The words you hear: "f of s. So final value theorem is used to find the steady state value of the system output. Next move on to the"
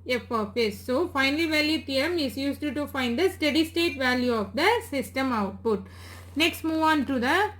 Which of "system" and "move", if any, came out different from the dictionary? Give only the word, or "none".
none